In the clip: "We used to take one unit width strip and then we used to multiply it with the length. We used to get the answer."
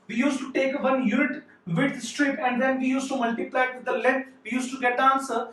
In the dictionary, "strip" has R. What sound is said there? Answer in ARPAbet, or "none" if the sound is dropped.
R